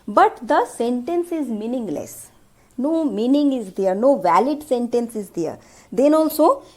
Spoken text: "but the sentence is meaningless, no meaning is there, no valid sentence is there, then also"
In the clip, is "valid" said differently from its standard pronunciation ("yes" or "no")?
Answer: no